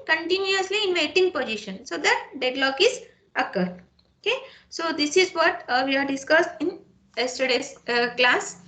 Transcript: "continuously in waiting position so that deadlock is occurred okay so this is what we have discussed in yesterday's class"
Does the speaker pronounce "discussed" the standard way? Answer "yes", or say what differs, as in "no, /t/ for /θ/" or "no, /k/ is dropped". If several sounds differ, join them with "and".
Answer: yes